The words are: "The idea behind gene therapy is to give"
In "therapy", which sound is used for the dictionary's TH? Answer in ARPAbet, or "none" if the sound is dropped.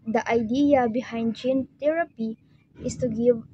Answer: T